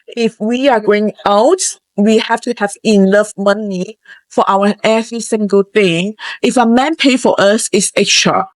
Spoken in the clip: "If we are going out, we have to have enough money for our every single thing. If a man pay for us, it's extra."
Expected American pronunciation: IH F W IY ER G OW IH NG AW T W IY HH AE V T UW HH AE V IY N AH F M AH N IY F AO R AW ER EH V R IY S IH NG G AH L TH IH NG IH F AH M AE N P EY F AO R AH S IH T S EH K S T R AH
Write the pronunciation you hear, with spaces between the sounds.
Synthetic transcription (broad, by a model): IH F W IY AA G OW IH NG AW T W IY HH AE F T UW HH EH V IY N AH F M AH N IY F AO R AW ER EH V IY S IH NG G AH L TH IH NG IH F AH M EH N P EY F AO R AH S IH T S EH K S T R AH